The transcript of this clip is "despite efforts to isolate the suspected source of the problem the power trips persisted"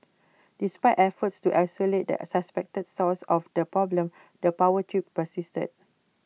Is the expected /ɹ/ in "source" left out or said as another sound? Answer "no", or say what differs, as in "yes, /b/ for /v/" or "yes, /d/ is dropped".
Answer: yes, /l/ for /ɹ/